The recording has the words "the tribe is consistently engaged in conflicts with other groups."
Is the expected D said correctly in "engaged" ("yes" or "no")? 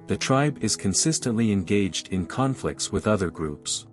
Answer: yes